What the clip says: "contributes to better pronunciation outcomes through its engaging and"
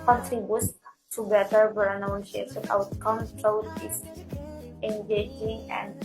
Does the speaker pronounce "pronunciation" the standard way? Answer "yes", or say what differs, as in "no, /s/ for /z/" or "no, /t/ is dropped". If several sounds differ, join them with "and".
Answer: no, /s/ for /ʃ/